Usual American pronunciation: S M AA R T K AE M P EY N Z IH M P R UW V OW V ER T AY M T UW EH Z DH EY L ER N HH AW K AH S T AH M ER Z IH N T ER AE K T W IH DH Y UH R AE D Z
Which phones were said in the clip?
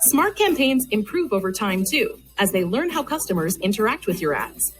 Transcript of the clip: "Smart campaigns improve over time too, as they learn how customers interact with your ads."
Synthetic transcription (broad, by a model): S M AA R T K AE M P EY N Z IH M P R UW V OW V ER T AY M T UW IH Z DH EY L ER N HH AW K AH S T AH M ER Z IH N T ER AE K T W IH DH Y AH R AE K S